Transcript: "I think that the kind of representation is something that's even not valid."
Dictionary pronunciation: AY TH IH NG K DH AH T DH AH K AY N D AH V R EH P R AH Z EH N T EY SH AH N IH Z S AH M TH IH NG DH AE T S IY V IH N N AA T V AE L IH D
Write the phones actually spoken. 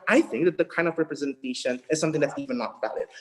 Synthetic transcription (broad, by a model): AY TH IH NG K DH AH T DH AH K AY N D AH V R EH P R AH Z EH N T EY SH AH N IH Z S AH M TH IH NG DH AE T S IY V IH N N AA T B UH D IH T